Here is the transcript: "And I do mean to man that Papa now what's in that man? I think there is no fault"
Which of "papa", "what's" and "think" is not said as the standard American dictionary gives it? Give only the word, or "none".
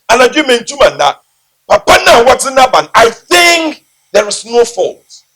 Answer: what's